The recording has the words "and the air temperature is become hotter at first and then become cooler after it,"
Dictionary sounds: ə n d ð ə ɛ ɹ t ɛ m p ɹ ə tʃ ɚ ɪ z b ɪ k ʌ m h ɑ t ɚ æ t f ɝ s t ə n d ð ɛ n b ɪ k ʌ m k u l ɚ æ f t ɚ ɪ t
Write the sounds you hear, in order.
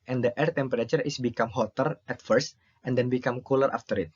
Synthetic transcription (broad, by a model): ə n d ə ɛ ɹ t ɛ m p ɹ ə tʃ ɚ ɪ s b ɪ k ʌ m h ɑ t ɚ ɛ t f ɝ s t ə n d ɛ n b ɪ k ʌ m k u l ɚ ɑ f t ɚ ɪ t